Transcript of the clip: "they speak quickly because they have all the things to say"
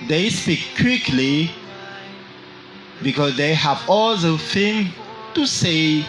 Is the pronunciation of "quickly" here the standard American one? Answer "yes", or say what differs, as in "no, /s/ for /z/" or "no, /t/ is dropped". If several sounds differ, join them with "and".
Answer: yes